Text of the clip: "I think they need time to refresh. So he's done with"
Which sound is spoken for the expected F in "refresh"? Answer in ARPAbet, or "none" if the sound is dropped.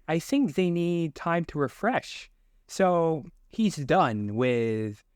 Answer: F